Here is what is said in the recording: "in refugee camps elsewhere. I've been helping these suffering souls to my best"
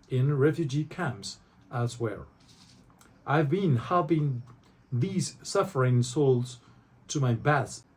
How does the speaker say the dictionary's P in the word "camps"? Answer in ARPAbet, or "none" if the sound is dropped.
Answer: P